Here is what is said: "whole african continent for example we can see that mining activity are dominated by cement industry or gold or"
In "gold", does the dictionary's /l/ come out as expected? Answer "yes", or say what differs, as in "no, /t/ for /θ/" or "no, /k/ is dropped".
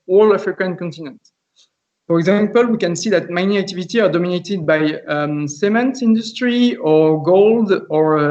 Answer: yes